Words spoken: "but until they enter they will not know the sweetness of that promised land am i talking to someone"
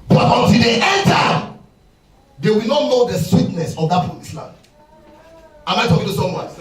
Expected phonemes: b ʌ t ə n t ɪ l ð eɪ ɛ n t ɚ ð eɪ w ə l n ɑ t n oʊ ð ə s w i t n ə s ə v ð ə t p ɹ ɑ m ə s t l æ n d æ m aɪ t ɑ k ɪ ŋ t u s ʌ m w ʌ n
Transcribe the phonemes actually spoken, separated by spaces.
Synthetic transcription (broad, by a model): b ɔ t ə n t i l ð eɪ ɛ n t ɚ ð eɪ w ə l n ɑ t n oʊ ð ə s w i t n ə s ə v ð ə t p ɑ ə s l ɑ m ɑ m aɪ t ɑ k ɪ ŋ t u s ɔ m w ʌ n